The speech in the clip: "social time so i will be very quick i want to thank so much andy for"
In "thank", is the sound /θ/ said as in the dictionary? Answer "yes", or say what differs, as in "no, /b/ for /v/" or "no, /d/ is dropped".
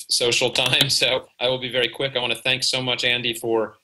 yes